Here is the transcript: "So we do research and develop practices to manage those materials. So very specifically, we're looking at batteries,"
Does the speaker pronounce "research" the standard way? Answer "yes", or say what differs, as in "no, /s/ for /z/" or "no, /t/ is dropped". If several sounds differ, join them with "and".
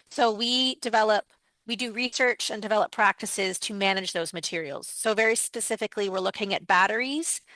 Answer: yes